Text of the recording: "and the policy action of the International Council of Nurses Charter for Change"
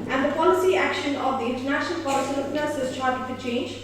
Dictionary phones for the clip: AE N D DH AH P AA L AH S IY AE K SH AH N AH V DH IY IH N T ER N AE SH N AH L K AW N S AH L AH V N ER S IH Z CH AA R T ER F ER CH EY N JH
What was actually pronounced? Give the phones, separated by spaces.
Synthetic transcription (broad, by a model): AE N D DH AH P AA L AH S IY AE K SH AH N AH V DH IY IH N T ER N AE SH N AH L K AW L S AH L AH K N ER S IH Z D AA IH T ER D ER CH EY N JH